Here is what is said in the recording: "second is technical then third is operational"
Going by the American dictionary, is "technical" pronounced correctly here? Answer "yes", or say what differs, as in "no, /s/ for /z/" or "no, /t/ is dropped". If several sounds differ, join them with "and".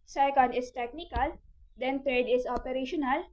yes